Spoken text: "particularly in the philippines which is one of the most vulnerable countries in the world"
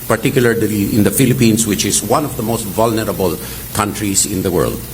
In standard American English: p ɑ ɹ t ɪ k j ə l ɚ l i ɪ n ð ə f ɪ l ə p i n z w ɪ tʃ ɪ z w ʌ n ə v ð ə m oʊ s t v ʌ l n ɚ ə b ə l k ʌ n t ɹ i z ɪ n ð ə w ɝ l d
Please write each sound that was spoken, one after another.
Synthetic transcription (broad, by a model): p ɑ ɹ t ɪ k j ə l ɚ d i ɪ n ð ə f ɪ l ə p i n s w ɪ tʃ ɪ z w ʌ n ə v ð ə m oʊ s t v ʌ l n ɚ ə b ə l k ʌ n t ɹ i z ɪ n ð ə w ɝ l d